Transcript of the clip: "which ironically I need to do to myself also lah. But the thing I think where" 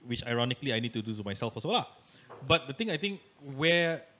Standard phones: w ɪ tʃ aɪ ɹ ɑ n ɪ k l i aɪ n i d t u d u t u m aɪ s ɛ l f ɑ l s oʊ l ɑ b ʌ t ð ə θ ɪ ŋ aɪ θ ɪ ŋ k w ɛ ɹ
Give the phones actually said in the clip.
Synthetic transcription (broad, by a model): w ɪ tʃ aɪ ɹ ɑ n ɪ k l i aɪ n i d t u d u t u m aɪ s ɛ l f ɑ s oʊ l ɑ b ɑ t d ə t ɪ ŋ aɪ t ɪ ŋ k w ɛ